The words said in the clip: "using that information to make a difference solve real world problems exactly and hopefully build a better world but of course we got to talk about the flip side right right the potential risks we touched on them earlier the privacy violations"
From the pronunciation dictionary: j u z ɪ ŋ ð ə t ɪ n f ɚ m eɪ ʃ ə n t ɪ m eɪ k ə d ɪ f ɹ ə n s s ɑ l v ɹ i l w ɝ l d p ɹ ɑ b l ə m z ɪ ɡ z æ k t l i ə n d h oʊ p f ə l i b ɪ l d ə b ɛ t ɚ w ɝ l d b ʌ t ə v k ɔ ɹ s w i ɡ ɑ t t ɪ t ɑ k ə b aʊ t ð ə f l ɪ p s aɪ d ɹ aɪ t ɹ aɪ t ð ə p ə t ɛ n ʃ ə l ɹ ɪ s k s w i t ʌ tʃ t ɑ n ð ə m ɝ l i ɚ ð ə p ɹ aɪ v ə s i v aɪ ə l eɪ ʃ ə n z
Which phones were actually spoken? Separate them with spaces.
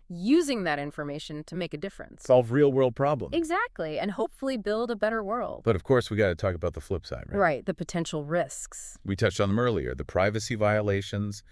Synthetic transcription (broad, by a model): j u z ɪ ŋ ð ə t ɪ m f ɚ m eɪ ʃ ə n t ɪ m eɪ k ə d ɪ f ɹ ə n s s ɑ l v ɹ i l w ɝ l d p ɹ ɑ b l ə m ɪ ɡ z æ k t l i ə n h oʊ p f l i b ɪ l d ə b ɛ t ɚ w ɝ l d b ʌ t ə v k ɔ ɹ s w i ɡ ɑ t t ɪ t ɑ k ə b aʊ t ð ə f l ɪ p s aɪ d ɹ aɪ ɹ aɪ t ð ə p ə t ɛ n ʃ l ɹ ɪ s k s w i t ʌ tʃ t n ð ə m ɝ l i ɚ ð ə p ɹ aɪ v ə s i v aɪ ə l eɪ ʃ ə n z